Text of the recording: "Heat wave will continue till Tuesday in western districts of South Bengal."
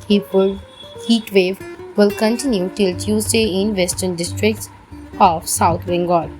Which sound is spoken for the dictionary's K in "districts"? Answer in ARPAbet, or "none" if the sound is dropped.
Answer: K